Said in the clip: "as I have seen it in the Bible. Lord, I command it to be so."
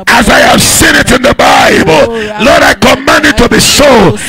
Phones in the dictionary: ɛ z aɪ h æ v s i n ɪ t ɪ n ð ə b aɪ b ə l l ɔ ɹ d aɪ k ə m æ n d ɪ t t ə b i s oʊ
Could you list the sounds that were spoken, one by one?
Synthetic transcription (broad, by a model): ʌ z aɪ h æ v s i n ɪ t ɪ n ð ə b aɪ b ə l l ɔ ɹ d aɪ k ə m æ n d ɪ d t ə b i s oʊ